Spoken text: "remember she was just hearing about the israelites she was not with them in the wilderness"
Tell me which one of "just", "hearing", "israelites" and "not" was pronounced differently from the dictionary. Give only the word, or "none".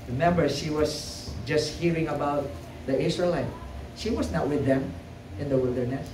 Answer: israelites